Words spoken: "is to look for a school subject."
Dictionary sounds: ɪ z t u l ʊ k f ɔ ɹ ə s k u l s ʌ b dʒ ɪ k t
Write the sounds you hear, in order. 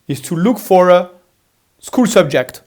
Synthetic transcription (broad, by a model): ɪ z t u l ʊ k f ɔ ɹ ə s k u l s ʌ b dʒ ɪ k t